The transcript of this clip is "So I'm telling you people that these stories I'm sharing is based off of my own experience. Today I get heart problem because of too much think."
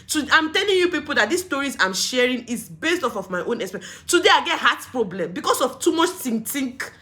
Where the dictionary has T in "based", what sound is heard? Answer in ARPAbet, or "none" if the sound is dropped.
T